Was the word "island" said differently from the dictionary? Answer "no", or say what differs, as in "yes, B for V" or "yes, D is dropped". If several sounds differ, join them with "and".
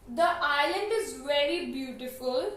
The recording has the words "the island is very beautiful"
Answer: no